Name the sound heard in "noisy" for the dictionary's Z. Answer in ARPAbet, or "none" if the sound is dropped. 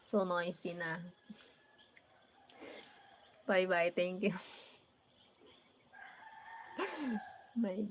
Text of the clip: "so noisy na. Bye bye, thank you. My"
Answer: S